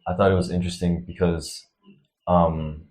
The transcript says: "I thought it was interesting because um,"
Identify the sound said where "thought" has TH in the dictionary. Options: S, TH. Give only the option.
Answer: TH